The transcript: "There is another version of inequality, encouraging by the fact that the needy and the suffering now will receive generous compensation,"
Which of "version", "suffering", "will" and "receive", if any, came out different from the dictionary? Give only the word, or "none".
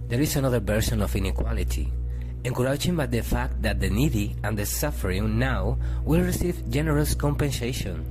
version